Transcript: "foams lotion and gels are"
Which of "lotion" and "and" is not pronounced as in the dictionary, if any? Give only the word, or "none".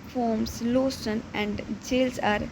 lotion